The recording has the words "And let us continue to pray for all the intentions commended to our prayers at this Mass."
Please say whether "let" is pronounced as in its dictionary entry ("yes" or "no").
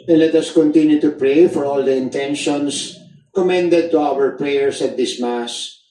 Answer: yes